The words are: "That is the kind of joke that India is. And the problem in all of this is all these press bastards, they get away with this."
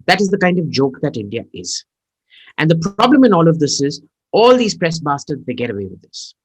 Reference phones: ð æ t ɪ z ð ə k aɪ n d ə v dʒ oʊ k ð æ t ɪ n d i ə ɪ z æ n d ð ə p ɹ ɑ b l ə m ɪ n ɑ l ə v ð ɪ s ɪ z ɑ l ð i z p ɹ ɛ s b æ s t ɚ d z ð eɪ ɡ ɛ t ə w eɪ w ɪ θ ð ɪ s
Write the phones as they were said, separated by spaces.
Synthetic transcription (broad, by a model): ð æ t ɪ z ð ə k aɪ n d ə v dʒ oʊ k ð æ t ɪ n d i ə ɪ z æ n d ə p ɹ ɑ b l ə m ɪ n ɑ l ə v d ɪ s ɪ z ɑ l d i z p ɹ ɛ s b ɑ s t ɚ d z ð eɪ ɡ ɛ t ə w eɪ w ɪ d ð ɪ s